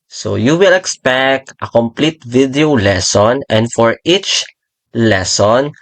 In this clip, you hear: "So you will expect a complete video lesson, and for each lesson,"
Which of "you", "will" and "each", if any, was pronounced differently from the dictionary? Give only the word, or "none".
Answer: none